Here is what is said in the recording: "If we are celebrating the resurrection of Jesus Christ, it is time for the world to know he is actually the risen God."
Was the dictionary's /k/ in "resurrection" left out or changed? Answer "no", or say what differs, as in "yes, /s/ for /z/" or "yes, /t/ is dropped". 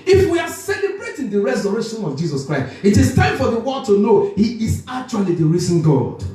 yes, /k/ is dropped